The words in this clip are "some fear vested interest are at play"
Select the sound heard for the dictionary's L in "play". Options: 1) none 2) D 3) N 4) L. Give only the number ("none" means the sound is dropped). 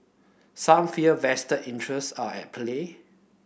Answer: 4